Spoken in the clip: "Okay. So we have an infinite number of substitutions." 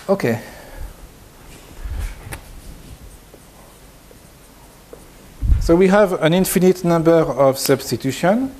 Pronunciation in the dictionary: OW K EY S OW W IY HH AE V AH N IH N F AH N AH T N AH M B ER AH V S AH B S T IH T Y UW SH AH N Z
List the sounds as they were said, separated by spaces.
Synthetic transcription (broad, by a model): OW K EY S OW W IY HH AE V AH N IH N F AH N AH T N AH M B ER AH V S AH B S T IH T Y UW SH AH N